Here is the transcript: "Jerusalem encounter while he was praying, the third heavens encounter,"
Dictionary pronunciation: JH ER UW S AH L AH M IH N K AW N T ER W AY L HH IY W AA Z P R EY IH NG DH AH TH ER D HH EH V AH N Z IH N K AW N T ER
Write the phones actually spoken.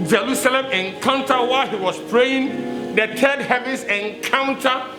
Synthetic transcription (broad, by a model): JH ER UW S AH L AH M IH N K AW N T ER W AY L HH IY W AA S P R EY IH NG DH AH T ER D HH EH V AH N S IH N K AW N T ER